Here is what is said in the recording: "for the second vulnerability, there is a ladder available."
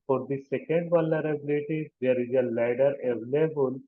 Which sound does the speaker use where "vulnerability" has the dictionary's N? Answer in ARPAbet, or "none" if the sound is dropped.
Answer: none